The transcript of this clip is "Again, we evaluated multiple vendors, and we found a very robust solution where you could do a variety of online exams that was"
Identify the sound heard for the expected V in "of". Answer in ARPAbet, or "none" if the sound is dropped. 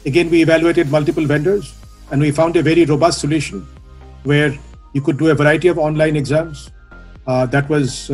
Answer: V